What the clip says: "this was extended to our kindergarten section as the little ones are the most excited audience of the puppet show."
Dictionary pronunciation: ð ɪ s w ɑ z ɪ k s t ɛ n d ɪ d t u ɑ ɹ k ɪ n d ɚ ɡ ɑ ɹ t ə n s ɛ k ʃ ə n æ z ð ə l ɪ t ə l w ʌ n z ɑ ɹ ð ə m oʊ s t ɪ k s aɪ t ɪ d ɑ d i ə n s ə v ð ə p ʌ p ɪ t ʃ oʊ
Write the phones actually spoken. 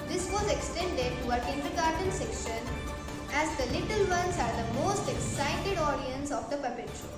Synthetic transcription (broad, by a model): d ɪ s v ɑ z ɪ k s t ɛ n d ɪ d t u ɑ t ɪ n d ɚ ɡ ɑ ɹ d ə n s ɛ k ʃ ə n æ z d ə l ɪ t ə l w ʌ n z ɑ ɹ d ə m oʊ s t ɪ k s aɪ t ɪ d ɑ d i ə n s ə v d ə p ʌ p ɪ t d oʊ